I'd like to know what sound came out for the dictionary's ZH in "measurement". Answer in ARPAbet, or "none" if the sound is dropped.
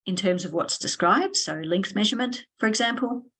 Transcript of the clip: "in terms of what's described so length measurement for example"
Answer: ZH